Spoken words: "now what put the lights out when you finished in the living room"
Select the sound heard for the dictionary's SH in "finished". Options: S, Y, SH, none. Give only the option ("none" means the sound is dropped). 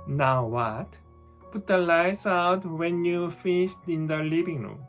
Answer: S